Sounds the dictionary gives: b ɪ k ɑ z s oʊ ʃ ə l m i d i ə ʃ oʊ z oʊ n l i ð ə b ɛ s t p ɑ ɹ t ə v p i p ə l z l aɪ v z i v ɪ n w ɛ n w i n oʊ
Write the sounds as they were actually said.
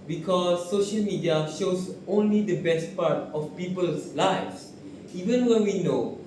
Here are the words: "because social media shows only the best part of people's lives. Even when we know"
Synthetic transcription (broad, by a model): b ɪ k ɑ s oʊ ʃ ə l m i d i ə ʃ oʊ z oʊ n l i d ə b ɛ s t p ɑ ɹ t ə f p i p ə l s l aɪ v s i v ɪ n w ɛ n w i n oʊ